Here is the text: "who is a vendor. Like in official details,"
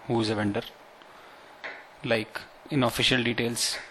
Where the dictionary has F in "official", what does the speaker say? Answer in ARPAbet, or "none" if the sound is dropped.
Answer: F